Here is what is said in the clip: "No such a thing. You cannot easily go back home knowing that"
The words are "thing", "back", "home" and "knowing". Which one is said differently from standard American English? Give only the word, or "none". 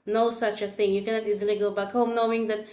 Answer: none